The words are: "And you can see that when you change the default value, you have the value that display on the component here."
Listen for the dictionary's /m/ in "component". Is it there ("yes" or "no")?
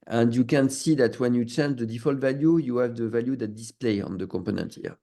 yes